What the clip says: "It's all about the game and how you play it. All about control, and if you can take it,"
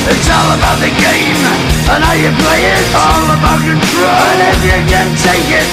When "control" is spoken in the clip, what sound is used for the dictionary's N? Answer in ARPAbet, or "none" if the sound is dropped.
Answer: none